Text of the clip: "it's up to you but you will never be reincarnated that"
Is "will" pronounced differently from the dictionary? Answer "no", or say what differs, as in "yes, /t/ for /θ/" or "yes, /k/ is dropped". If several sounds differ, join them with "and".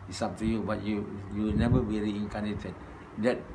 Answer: yes, /w/ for /l/